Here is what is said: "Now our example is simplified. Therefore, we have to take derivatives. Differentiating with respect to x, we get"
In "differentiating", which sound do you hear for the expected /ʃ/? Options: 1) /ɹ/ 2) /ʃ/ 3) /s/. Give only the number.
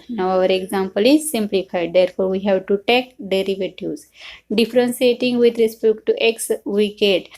3